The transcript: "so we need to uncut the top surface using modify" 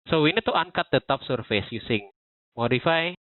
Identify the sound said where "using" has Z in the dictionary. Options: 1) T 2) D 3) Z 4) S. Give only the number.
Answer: 4